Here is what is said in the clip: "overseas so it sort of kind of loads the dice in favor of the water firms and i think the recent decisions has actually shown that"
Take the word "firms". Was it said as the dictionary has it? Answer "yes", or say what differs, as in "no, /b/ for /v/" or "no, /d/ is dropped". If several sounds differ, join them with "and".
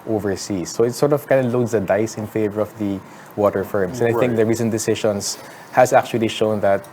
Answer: no, /s/ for /z/